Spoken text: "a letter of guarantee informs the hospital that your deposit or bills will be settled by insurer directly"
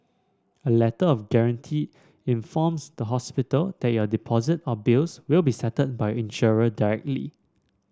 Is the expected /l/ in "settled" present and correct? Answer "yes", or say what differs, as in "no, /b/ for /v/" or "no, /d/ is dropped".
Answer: no, /l/ is dropped